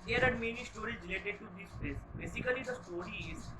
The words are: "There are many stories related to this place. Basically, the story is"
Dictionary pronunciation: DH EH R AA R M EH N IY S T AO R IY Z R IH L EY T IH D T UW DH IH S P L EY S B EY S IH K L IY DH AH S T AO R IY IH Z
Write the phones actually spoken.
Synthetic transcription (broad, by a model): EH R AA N M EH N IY S T AO R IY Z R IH L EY T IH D T UW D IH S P EY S B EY S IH K L IY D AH S T AO R IY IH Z